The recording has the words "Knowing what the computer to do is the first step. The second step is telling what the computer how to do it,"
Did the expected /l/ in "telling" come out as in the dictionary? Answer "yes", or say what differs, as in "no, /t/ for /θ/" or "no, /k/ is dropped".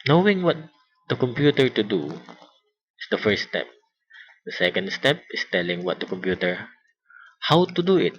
yes